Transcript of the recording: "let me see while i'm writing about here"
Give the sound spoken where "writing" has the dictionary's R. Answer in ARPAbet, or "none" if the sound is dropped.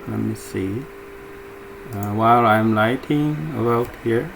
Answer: L